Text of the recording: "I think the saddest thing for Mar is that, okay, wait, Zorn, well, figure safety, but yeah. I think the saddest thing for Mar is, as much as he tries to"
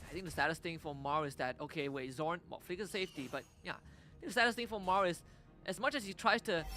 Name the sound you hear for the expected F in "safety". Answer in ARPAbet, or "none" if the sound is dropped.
F